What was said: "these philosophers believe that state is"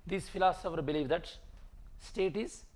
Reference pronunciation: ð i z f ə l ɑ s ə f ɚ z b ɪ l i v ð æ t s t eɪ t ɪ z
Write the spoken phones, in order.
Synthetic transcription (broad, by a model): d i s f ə l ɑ s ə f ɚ b ɪ l i v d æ t s t eɪ t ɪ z